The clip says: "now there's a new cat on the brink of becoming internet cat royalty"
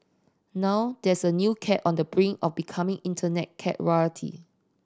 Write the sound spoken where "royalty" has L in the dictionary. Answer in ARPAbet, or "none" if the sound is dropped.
none